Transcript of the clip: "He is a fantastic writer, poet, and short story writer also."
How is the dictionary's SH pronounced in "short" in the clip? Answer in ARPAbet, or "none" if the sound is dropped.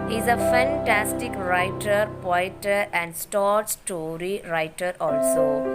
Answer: S